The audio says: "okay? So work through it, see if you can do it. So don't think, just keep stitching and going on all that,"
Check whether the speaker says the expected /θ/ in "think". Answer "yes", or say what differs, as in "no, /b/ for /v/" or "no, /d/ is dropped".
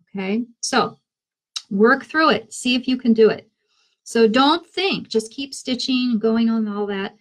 yes